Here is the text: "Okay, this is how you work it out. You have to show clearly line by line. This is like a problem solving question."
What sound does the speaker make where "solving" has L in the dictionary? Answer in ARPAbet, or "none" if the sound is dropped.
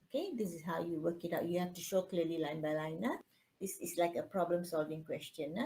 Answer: L